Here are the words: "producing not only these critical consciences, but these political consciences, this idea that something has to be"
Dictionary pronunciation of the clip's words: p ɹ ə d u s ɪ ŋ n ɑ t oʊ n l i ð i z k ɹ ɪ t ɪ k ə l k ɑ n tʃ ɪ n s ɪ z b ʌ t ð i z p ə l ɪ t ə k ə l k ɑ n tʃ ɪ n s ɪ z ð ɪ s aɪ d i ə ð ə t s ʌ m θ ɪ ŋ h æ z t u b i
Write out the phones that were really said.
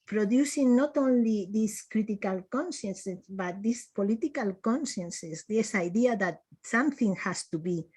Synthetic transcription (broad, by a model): p ɹ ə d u s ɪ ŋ n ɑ t oʊ n l i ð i s k ɹ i t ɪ k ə l k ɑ n ʃ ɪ n s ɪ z b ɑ t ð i s p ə l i t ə k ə l k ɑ n ʃ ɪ n s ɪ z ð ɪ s aɪ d i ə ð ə t s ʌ m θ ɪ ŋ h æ s t u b i